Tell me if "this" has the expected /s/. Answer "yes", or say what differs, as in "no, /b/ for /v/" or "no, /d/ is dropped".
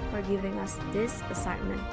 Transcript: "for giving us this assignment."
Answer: yes